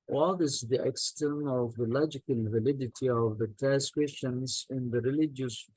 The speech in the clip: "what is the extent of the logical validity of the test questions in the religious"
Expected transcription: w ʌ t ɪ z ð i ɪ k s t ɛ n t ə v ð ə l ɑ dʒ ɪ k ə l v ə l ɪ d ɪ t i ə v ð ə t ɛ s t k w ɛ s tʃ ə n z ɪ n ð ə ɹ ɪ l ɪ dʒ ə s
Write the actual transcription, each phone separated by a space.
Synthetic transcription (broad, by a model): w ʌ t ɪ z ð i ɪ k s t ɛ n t ə v ð ə l ɑ dʒ ɪ k ə l v ə l ɪ d ɪ t i ə v ð ə t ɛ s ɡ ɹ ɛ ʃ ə n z ɪ n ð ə ɹ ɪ l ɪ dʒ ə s